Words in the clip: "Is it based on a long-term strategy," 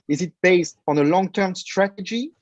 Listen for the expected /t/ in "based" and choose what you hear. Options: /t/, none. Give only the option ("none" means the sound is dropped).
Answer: /t/